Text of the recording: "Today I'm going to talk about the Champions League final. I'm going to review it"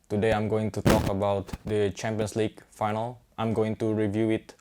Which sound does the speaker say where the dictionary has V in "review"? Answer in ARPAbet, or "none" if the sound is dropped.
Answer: V